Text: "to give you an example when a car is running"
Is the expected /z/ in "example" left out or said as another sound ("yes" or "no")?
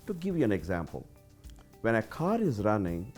no